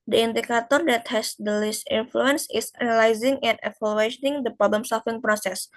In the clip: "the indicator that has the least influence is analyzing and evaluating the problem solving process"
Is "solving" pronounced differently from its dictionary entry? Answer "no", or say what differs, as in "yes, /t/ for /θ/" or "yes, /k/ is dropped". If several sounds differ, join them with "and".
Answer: yes, /f/ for /v/